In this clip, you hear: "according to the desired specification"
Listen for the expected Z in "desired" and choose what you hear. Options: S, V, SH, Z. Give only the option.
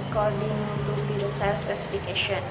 S